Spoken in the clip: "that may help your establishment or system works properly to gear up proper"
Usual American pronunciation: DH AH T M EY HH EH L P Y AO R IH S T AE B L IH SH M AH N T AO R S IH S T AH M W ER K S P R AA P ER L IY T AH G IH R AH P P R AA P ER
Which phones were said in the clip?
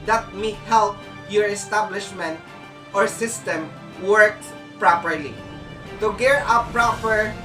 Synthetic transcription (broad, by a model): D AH T M EY HH EH L P Y AO R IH S T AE B L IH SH M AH N T AO R S IH S T AH M W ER K P R AA P ER L IY T AH G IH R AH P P R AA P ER